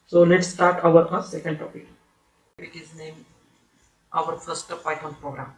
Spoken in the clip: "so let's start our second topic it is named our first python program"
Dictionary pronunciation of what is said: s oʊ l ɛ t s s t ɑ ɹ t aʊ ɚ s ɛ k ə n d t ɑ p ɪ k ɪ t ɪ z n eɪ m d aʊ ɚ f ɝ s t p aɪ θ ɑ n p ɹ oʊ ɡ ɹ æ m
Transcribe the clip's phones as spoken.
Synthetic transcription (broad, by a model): s oʊ l ɛ t s s t ɑ ɹ t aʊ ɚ s ɛ k ə n d t ɑ p ɪ k ɪ t ɪ z n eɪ m aʊ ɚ f ɝ s t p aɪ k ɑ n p ɹ oʊ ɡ ɹ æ m